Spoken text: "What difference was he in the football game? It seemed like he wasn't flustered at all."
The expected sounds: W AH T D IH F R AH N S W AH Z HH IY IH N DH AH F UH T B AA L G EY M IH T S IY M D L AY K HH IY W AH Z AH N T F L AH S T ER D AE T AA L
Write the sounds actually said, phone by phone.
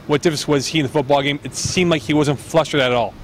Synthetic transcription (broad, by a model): W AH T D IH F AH S W AH Z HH IY IH N DH AH F UH T B AA L G EY M IH T S IY M D L AY K HH IY W AH Z AH N T F L AH S T ER D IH T AA L